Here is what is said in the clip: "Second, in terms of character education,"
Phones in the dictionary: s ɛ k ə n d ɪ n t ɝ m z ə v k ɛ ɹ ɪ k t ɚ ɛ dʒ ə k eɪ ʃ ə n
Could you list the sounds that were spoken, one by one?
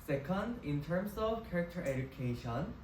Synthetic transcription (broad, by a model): s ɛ k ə n d ɪ n t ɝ m s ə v k ɛ ɹ ɪ k t ɚ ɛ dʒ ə k eɪ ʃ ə n